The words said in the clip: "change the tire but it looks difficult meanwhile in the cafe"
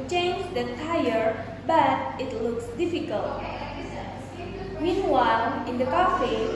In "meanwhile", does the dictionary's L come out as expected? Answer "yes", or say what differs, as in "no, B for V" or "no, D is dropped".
no, N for L